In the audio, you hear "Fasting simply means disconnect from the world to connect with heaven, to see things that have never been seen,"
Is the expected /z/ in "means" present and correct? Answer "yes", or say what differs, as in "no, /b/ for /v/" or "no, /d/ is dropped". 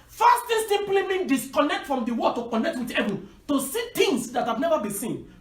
no, /z/ is dropped